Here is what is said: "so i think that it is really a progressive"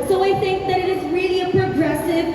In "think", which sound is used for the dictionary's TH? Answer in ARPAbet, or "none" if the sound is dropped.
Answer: TH